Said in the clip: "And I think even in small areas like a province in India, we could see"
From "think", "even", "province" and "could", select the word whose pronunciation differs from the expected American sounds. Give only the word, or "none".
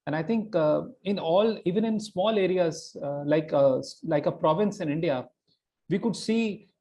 think